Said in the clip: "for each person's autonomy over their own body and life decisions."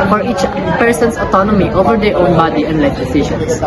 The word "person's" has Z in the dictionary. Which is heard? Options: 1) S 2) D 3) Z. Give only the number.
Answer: 1